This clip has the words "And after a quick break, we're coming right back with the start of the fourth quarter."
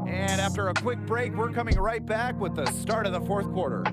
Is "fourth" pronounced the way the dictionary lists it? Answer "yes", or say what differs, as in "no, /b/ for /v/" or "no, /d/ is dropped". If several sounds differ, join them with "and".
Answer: yes